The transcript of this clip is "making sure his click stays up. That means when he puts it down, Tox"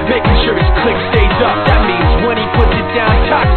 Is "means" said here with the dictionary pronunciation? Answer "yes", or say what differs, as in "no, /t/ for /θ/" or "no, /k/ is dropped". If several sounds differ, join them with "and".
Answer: yes